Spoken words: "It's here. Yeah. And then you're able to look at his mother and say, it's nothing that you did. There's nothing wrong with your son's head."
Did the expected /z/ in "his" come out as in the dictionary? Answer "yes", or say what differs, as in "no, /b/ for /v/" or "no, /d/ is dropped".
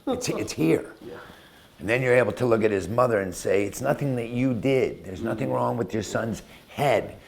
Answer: yes